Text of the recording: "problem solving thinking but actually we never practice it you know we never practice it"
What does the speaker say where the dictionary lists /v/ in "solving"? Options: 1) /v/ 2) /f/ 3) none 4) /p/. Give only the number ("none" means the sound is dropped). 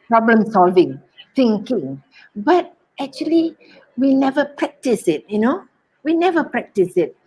1